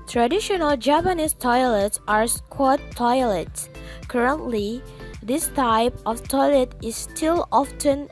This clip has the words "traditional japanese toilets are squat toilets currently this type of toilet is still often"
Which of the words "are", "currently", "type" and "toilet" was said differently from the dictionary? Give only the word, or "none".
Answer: none